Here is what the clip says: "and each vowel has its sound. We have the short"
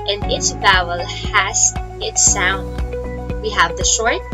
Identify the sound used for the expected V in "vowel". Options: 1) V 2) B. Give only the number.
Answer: 2